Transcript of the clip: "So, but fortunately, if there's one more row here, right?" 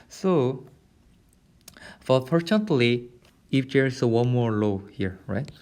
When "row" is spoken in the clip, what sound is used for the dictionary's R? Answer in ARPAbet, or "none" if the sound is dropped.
L